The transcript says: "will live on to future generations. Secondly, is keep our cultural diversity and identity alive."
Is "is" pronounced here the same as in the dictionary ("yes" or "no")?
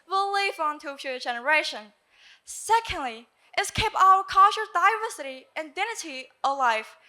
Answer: no